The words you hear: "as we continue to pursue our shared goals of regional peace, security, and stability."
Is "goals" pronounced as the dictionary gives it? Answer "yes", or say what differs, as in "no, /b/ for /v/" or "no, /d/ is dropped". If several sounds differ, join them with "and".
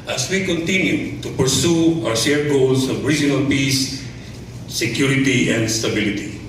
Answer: no, /s/ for /z/